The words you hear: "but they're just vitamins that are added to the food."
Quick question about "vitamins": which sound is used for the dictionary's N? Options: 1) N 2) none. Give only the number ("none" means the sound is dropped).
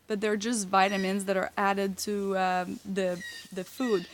1